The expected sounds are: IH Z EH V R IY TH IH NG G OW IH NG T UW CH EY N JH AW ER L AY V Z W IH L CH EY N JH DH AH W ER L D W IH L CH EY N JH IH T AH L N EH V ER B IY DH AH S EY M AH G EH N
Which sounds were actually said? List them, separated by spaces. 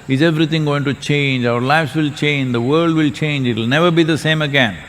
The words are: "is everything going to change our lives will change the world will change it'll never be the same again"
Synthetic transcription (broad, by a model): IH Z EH V R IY T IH NG G OW IH NG T UW CH EY N JH AW ER L AY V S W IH L CH EY N JH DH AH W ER L D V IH L CH EY N JH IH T L N EH V ER B IY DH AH S EY M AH G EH N